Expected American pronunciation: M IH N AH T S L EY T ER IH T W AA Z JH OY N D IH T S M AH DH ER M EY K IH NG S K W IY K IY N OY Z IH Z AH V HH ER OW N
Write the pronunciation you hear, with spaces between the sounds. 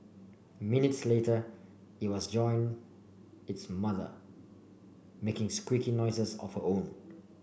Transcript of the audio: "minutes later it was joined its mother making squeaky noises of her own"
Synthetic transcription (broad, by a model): M IH N AH T S L EY T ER IH T W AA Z JH OY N IH T S M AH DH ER M EY K IH NG S K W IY K IY N OY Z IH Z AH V HH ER OW N